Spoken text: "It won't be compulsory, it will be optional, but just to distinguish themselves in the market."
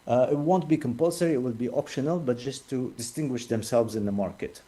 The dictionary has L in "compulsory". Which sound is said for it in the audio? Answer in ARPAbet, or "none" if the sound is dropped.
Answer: L